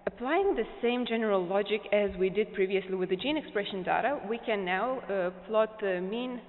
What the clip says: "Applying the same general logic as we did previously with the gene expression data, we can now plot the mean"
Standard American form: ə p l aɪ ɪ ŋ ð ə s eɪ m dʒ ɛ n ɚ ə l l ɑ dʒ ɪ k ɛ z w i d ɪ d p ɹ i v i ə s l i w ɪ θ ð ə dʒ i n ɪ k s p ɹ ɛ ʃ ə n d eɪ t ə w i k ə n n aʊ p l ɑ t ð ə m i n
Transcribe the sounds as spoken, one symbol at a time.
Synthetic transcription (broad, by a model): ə p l aɪ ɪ ŋ ð ə s eɪ m dʒ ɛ n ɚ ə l l ɑ dʒ ɪ k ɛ z w i d ɪ d p ɹ i v i ə s l i w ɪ ð ə dʒ i n ɪ k s p ɹ ɛ ʃ ə n d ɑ t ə w i k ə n n aʊ p l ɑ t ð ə m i n